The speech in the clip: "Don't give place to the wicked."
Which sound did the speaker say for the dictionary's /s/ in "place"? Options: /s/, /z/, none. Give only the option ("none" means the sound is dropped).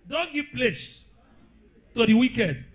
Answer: /s/